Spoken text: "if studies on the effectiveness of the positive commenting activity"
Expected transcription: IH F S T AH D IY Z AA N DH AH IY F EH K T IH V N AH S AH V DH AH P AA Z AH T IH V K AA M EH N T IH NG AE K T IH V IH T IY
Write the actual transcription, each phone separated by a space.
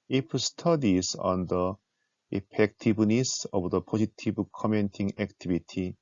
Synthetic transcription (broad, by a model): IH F S T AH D IY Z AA N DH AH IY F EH K T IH B N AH S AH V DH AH P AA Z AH T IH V K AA M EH N T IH NG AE K T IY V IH T IY